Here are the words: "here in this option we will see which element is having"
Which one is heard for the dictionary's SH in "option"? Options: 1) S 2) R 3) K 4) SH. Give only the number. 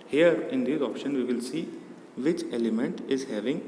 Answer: 4